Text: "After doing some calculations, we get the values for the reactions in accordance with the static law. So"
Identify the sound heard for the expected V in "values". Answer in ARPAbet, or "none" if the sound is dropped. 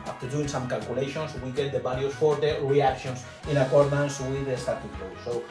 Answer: B